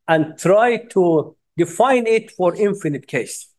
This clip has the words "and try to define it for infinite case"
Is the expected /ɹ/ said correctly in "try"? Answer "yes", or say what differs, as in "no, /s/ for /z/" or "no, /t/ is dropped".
yes